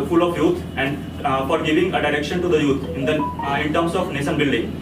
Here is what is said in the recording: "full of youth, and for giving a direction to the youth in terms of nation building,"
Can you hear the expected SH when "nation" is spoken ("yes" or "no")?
no